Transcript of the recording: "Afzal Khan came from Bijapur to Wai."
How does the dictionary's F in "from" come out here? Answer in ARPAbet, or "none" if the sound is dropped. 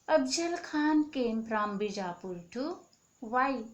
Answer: P